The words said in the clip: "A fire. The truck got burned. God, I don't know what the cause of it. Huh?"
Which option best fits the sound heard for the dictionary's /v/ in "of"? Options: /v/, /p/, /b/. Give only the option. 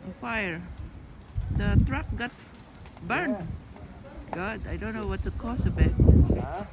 /b/